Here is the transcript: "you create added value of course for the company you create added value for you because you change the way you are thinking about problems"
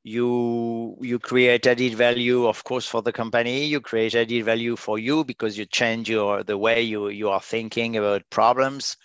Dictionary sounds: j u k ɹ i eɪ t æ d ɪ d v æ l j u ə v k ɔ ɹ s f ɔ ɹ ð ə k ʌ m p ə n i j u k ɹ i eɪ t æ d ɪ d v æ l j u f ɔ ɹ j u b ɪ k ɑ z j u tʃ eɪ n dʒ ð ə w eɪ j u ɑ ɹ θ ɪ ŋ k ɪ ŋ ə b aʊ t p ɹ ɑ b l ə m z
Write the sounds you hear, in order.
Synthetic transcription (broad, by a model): j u k ɹ i eɪ t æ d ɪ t v æ l j u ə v k ɔ ɹ s f ɔ ɹ ð ə k ʌ m p ə n i j u k ɹ i eɪ t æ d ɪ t v æ l j u f ɔ ɹ j u b ɪ k ɑ z j u tʃ eɪ n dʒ ð ə w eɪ j u ɑ ɹ θ ɪ ŋ k ɪ ŋ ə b aʊ t p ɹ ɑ b l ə m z